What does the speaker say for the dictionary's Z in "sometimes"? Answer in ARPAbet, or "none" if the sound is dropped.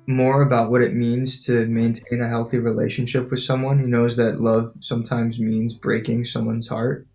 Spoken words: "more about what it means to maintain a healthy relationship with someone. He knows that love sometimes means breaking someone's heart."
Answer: Z